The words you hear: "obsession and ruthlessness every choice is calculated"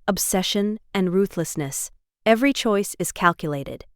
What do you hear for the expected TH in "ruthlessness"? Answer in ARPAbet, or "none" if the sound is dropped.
TH